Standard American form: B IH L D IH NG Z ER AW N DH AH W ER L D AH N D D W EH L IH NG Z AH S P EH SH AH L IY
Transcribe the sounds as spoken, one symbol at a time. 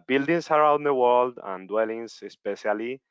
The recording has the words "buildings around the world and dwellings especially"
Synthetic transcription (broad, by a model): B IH L D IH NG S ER AW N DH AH W ER L D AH N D D W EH L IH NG S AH S P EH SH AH L IY